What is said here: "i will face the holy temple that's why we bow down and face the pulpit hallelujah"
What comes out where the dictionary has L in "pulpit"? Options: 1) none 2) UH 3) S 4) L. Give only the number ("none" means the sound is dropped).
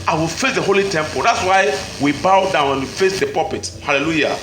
1